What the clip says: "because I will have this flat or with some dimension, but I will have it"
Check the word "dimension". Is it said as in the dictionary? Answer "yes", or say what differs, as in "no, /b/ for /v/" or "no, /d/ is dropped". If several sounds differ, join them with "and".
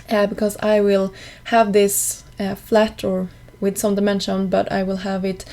yes